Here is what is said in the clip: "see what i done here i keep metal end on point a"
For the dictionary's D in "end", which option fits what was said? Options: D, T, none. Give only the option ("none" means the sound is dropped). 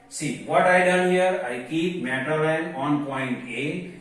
none